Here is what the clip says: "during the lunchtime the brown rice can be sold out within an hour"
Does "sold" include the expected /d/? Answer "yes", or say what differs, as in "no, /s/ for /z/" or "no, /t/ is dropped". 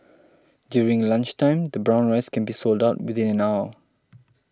yes